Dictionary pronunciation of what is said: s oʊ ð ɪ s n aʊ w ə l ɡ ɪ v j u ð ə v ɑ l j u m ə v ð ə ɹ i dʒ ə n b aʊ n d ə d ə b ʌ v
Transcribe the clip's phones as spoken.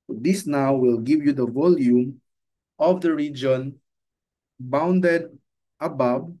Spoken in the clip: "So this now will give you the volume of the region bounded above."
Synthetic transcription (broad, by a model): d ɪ s n aʊ w ə l ɡ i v j u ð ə v ɑ l j u m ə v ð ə ɹ i dʒ ə n b aʊ n d ə d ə b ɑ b